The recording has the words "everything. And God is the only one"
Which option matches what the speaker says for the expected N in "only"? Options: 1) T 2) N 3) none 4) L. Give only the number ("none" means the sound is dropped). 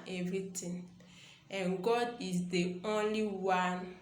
2